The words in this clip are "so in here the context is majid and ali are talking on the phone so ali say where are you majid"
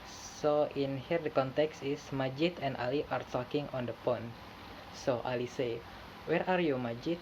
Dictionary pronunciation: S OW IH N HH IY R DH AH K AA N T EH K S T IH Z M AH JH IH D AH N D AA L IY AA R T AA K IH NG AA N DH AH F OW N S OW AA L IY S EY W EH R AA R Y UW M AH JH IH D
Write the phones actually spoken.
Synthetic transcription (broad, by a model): S OW IH N HH IY R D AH K AA N T EH K S T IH S M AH JH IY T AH N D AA L IY AA R T AA K IH NG AA N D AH P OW N S OW AA L IY S EY W EH R AA R Y UW M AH JH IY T